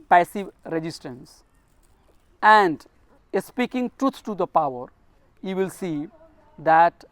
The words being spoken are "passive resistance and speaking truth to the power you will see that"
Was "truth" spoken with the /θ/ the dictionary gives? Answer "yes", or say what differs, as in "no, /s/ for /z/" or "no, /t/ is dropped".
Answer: no, /s/ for /θ/